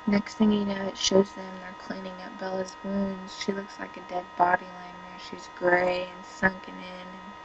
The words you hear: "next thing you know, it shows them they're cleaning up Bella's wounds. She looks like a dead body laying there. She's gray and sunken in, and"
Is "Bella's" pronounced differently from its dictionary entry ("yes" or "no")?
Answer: no